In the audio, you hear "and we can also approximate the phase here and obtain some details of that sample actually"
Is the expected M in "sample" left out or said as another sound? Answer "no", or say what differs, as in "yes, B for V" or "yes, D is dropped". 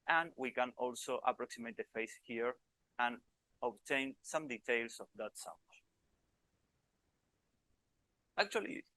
yes, M is dropped